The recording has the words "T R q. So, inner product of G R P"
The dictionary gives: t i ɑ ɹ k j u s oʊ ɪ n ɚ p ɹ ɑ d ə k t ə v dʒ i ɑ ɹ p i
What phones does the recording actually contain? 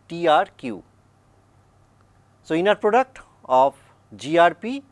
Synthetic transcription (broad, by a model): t i ɑ ɹ k j u s oʊ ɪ n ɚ p ɹ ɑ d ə k t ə p dʒ i ɑ ɹ p i